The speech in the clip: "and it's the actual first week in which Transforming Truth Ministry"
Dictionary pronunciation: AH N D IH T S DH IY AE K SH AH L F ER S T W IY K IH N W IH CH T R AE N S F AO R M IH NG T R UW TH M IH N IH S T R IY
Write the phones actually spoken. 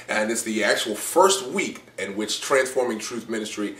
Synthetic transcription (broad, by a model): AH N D IH T S DH IY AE K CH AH L F ER S T W IY K IH N W IH CH T R AE N S F AO R M IH NG T R UW TH M IH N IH S T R IY